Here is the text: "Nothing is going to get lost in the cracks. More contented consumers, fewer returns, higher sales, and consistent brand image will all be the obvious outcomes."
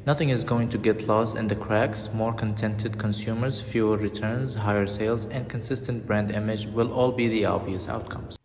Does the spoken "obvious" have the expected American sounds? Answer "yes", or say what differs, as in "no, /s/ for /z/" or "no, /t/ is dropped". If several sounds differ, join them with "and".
no, /b/ is dropped